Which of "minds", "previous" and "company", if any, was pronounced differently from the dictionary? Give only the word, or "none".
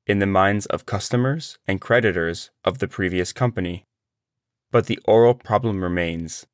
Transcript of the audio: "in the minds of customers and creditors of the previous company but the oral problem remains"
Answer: none